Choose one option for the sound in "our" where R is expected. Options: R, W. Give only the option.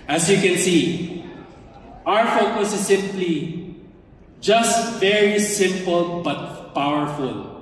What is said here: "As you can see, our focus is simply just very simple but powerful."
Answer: R